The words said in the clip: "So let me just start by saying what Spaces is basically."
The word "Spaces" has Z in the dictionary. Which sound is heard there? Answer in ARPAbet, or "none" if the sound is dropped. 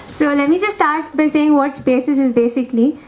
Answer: S